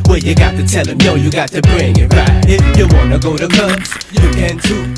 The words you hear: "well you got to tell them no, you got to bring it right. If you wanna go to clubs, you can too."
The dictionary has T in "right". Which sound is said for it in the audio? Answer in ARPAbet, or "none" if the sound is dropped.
none